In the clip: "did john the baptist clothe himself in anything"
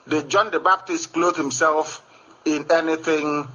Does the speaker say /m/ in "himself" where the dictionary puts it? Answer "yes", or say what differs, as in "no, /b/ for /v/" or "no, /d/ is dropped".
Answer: yes